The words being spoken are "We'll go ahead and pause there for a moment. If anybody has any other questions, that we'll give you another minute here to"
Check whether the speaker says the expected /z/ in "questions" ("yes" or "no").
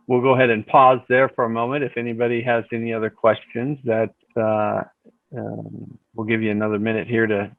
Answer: yes